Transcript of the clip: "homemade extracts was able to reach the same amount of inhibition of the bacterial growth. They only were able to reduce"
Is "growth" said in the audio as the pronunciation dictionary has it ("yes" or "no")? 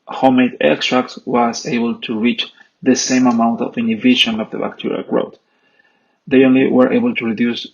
no